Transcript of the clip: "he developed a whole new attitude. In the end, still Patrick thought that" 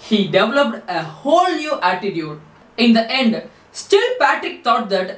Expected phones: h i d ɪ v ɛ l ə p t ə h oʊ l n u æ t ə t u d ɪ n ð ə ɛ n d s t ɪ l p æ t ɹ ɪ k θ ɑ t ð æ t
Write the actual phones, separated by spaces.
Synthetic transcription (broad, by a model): h i d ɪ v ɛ l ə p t ə h oʊ l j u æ t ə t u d ɪ n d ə ɛ n d s t ɪ l p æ t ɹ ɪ k t ɑ t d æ t